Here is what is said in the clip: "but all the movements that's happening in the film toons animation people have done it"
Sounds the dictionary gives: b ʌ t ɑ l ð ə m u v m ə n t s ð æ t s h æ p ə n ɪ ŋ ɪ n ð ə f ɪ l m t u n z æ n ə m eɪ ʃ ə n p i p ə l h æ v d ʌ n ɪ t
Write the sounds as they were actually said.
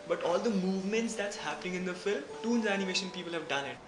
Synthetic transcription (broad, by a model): b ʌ t ɑ l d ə m u v m ə n t s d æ t s h æ p ə n ɪ ŋ ɪ n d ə f ɪ l m t u n z æ n ə m eɪ ʃ ə n p i p ə l h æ v d ʌ n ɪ t